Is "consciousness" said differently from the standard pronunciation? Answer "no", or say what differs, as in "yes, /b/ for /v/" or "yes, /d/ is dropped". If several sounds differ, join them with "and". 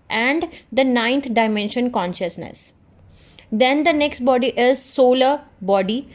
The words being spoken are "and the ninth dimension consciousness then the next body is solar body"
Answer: no